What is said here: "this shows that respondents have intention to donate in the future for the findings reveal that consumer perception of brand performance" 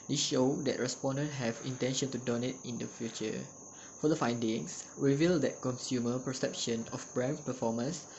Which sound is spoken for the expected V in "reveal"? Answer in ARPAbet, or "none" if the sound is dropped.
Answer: V